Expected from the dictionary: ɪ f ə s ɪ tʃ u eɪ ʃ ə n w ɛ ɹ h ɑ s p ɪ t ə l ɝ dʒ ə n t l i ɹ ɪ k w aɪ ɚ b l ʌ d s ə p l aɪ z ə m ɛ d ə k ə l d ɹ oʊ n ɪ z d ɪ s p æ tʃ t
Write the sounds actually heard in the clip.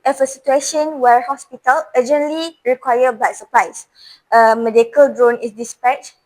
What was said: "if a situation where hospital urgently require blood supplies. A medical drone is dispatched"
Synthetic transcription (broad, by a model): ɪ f ə s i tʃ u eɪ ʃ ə n w ɛ ɹ h ɑ s p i t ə l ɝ dʒ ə n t l i ɹ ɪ k w aɪ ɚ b ɑ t s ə p l aɪ s ə m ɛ d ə k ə l d ɹ oʊ n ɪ s d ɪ s p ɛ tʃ